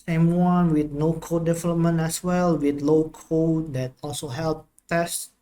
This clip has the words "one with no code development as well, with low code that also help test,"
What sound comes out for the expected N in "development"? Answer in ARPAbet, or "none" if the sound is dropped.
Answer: N